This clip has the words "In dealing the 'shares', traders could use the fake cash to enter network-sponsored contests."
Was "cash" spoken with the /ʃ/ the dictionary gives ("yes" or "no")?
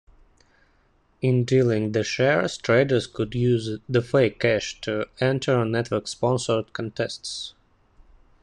yes